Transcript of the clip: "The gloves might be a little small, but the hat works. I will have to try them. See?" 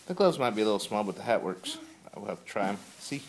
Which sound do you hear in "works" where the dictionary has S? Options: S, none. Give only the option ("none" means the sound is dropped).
S